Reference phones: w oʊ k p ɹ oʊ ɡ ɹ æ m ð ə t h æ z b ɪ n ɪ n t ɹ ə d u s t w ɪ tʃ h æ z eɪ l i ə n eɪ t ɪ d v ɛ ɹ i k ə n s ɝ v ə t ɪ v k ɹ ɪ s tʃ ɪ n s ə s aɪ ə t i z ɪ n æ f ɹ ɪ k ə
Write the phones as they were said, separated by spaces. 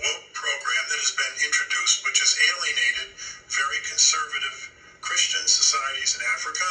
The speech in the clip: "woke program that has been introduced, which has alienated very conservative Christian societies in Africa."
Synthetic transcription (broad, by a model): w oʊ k p ɹ oʊ ɡ ɹ æ m ð ə t h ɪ z b ɪ n ɪ n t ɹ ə d u s t w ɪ tʃ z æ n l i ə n eɪ t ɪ d v ɛ ɹ i k ə n s ɝ v ə t ɪ v k ɹ ɪ s tʃ ɪ n s ə s aɪ ə t i z ɪ n æ f ɹ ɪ k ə